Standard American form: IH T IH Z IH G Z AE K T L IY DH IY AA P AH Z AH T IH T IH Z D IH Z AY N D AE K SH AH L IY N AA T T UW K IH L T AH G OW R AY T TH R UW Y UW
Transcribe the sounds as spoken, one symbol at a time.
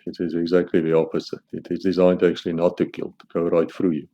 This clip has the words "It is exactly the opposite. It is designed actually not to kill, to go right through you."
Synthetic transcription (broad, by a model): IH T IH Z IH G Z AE K T L IY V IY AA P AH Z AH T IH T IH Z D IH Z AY N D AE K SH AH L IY N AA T T UW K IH L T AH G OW R AY T F R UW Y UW